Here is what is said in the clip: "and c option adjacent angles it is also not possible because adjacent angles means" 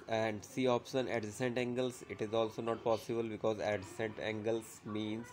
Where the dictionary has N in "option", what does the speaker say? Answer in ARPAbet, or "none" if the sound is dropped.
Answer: N